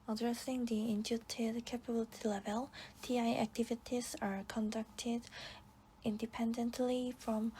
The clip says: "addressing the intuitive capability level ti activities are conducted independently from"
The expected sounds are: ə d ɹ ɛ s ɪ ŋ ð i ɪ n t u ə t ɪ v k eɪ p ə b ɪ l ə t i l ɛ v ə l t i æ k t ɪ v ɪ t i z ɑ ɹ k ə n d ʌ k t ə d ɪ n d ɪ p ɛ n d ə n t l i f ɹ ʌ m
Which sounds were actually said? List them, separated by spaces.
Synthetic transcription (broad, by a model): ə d ɹ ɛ s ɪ ŋ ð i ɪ n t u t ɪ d k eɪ p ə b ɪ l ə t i l ɛ v ə l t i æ k t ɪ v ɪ t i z ɑ ɹ k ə n d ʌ k t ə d ɪ n d ɪ p ɛ n d ə n t l i f ɹ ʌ m